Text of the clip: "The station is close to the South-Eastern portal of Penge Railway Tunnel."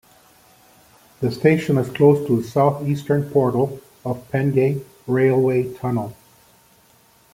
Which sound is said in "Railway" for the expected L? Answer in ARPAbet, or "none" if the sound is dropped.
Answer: L